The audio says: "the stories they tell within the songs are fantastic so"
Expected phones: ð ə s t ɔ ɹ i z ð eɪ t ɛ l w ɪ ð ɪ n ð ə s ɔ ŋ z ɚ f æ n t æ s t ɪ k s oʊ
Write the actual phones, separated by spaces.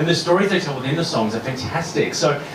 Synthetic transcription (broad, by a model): ð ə s t ɔ ɹ i z ð eɪ t ɛ l w ɪ ð ɪ n ð ə s ɔ ŋ z ɚ f æ n t æ s t ɪ k s oʊ